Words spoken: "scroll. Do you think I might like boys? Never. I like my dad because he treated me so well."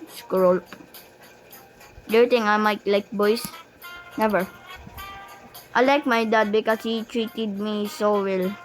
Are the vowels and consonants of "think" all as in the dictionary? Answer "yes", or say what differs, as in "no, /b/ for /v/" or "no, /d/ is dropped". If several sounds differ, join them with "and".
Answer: no, /t/ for /θ/ and /k/ is dropped